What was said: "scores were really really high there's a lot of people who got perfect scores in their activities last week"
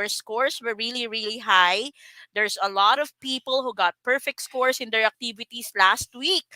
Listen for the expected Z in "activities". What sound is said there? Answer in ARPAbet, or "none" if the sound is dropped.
S